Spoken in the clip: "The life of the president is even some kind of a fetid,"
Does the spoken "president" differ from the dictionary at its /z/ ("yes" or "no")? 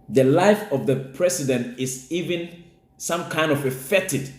yes